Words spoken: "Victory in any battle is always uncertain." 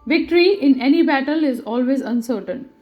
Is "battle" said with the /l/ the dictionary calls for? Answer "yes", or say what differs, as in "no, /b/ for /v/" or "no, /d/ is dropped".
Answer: yes